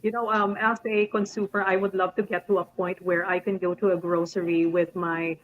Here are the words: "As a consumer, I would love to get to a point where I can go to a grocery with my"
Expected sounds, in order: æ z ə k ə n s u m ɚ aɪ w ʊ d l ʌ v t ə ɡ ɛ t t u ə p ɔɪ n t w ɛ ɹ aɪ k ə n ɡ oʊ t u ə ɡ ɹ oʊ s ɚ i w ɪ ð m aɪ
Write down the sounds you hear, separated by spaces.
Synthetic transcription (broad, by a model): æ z ə k ə n s u m ɚ aɪ w ʊ d l ʌ v t ə ɡ ɛ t t u ə p ɔɪ n t w ɛ ɹ aɪ k ə n ɡ oʊ t u ə ɡ ɹ oʊ s ɚ i w ɪ ð m aɪ